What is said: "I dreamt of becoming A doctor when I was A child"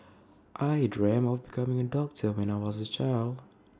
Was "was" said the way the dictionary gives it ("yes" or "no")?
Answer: yes